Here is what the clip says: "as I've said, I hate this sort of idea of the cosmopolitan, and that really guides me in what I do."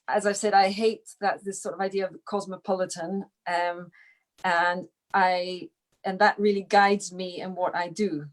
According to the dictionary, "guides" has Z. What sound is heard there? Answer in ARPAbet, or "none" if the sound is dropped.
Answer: Z